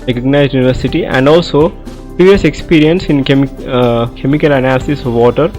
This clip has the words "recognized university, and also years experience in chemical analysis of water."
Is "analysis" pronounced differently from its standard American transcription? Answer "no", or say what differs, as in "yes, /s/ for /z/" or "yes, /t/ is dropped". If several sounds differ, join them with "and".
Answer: no